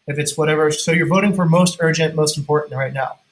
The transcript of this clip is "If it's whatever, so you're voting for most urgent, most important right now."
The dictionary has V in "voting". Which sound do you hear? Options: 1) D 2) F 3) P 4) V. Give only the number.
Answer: 4